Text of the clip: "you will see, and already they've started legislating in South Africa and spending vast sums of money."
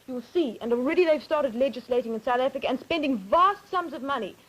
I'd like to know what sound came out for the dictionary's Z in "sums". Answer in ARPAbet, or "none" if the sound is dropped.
Z